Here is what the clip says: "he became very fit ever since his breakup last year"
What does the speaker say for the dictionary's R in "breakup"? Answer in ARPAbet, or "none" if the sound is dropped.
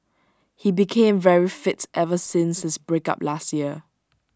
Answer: R